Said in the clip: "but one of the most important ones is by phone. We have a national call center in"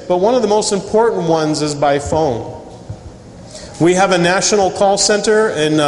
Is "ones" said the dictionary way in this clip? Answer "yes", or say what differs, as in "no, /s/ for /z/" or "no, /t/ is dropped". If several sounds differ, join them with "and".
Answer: yes